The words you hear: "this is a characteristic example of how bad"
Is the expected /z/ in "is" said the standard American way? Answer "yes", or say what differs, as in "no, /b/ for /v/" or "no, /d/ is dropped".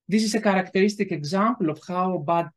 no, /s/ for /z/